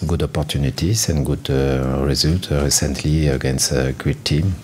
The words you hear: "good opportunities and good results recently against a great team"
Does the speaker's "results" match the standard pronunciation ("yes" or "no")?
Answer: no